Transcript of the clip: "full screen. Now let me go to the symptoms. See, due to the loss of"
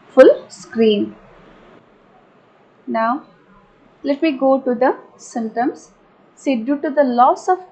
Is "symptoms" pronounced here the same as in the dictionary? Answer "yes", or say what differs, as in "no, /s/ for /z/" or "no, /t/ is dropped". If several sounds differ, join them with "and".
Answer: no, /p/ is dropped